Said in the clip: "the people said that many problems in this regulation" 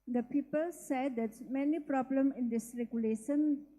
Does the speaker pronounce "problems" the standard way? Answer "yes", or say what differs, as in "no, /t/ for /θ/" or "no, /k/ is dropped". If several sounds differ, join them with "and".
no, /z/ is dropped